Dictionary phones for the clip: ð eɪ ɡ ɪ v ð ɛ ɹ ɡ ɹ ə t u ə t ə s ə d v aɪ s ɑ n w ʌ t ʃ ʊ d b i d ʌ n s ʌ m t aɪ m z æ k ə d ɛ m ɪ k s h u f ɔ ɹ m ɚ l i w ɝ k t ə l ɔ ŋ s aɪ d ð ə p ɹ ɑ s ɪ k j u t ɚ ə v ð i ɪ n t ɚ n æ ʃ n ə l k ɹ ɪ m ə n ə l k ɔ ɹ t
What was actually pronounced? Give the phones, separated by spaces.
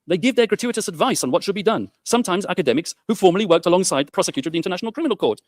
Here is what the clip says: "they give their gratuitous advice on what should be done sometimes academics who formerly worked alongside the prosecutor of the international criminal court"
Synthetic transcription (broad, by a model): ð eɪ ɡ ɪ v ð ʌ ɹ ɡ ɹ ə t u ə t ə s ə d v aɪ s n w ʌ t ʃ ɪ d b i d ʌ n s ʌ m t aɪ m z æ k ə d ɛ m ɪ k s h u f ɔ ɹ m ɚ l i w ɝ k t ə l ɔ ŋ s aɪ d ð ə p ɹ ɑ s ɪ k j u t ɚ ə v ð i ɪ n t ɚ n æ ʃ n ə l k ɹ ɪ m ə n ə l k ɔ ɹ t